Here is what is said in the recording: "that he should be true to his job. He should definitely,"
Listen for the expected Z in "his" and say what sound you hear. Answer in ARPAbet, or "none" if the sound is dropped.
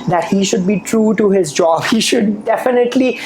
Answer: Z